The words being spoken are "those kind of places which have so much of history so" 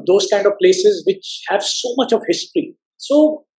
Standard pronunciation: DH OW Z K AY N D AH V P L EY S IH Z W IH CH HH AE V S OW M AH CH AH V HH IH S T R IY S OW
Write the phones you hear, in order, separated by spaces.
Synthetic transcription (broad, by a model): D OW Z K AY N D AH V P L EY S IH Z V IH CH HH AE V S OW M AH CH AH V HH IH S T R IY S OW